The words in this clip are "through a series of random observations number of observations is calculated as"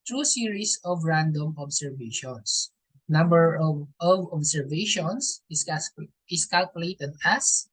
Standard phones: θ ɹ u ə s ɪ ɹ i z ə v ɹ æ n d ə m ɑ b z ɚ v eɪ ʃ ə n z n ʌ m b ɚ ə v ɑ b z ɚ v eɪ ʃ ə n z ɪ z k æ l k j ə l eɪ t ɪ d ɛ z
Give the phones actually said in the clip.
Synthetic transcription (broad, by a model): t ɹ u s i ɹ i s ə v ɹ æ n d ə m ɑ b s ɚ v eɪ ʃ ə n s n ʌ m b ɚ ə v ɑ b s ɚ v eɪ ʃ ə n s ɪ s k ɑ l k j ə l eɪ t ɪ d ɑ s